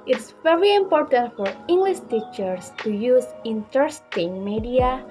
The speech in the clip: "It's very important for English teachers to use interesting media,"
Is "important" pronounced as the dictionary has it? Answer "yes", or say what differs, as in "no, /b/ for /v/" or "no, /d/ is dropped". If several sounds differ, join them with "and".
yes